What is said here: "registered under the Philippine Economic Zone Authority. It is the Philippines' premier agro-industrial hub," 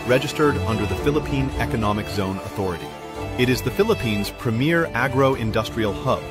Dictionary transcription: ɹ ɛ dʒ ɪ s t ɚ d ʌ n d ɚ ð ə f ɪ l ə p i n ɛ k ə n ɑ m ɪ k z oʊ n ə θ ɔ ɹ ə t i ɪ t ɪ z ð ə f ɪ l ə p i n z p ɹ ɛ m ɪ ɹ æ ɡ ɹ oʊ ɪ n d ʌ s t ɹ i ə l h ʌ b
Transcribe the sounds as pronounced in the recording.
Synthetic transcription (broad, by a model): ɹ ɛ dʒ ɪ s t ɚ d ʌ n d ɚ ð ə f ɪ l ə p i n ɛ k ə n ɑ m ɪ k z oʊ n ə θ ɔ ɹ ə t i ɪ t ɪ z ð ə f ɪ l ə p i n z p ɹ ɛ m ɪ ɹ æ ɡ ɹ oʊ ɪ n d ʌ s t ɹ i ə l h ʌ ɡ